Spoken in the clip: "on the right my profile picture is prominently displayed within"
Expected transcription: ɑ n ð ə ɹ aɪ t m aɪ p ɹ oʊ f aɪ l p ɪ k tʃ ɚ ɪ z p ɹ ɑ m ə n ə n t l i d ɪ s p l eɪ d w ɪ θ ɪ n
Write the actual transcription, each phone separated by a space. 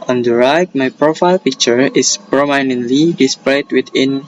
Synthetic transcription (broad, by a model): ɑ n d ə ɹ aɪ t m aɪ p ɹ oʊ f aɪ l p ɪ k tʃ ɚ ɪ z p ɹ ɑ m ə n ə n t l i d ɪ s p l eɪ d w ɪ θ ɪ n